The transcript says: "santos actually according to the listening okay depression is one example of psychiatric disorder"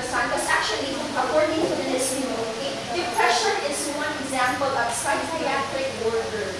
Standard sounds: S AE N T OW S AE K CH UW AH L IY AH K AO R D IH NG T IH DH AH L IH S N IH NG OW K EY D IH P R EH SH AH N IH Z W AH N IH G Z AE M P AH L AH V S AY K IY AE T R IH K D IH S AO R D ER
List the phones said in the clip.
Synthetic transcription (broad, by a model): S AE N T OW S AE K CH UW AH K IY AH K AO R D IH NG T IH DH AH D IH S IH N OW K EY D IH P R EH SH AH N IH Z W AH N IH G Z AE M P AH L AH P S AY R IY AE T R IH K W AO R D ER